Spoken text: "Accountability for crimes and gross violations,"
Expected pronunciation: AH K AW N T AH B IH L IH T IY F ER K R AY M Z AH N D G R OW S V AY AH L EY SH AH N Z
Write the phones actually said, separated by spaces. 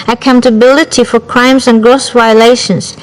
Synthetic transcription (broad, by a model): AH K AW N T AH B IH L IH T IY F ER K R AY M Z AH N G R OW S V AY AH L EY SH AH N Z